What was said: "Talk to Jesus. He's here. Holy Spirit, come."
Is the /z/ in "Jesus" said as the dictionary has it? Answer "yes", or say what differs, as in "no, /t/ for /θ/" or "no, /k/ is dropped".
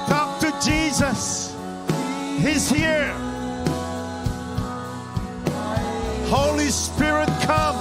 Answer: yes